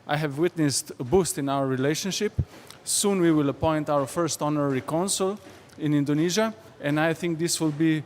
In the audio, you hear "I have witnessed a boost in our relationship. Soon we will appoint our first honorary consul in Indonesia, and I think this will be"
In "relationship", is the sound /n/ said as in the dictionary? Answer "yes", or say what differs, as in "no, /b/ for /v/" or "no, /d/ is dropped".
yes